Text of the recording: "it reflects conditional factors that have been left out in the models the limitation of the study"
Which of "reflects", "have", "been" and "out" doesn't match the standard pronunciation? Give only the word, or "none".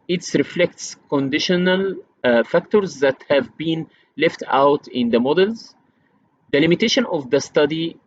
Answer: none